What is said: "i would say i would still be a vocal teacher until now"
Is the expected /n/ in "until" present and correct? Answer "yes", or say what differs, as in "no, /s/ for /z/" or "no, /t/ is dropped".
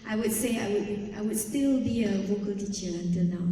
yes